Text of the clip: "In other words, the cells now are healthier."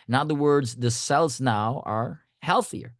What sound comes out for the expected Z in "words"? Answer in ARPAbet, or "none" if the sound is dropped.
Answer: Z